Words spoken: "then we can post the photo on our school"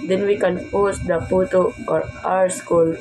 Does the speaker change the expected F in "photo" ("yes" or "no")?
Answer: yes